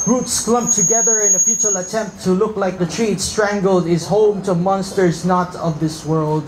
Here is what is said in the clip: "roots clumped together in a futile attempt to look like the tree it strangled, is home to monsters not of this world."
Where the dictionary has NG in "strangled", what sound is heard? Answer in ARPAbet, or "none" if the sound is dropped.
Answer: NG